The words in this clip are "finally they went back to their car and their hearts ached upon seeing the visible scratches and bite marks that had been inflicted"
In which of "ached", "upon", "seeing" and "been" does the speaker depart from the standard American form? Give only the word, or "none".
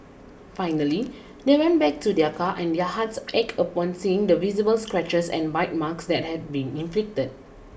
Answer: ached